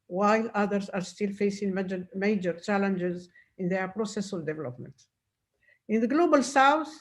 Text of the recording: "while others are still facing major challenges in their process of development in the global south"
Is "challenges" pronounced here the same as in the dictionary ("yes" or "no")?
yes